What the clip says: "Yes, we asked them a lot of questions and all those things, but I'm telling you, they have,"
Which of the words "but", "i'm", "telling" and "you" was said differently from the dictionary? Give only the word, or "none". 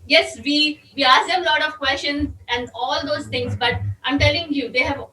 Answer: none